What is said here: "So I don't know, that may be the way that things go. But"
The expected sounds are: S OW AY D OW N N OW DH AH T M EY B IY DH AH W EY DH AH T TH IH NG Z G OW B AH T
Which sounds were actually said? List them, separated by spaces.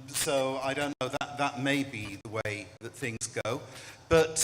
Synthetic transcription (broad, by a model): S OW AY D OW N N OW DH AH T M EY B IY DH AH W EY DH AH T TH IH NG Z G OW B AH T